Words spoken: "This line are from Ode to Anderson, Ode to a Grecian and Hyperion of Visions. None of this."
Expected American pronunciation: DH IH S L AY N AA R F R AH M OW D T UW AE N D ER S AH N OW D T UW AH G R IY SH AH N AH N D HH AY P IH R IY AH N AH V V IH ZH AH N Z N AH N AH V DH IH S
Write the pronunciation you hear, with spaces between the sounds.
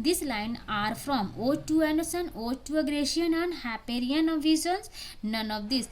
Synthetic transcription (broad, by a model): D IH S L AY N AA R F R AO M OW T UW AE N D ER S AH N OW T UW AH G R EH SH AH N AH N D HH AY P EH R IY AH N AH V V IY Z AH N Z N AH N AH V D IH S